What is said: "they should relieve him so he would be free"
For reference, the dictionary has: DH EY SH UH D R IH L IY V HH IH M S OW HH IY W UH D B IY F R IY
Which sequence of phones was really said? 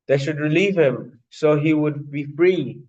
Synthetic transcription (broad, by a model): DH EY SH UH D R IH L IY V HH IH M S OW HH IY W UH D B IY F R IY